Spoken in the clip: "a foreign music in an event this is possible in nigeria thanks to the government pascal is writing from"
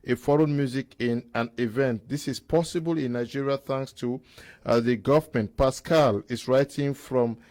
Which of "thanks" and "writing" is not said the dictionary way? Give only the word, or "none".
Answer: none